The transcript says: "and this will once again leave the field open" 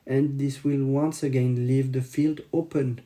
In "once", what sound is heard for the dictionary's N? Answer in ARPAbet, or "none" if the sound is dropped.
N